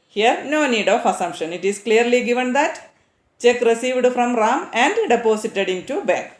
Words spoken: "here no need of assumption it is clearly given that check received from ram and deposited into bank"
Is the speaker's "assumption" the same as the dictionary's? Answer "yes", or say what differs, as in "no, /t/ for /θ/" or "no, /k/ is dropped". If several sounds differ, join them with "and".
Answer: yes